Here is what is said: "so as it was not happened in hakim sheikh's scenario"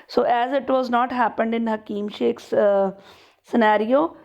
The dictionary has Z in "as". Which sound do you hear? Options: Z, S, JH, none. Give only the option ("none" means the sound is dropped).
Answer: Z